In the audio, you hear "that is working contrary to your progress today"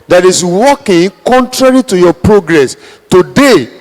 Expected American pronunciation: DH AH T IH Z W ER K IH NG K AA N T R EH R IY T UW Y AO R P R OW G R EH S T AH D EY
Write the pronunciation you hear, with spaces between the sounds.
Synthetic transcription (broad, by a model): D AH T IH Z W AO K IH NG K AA N T R EH R IY T UW Y AO P R OW G R EH S T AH D EY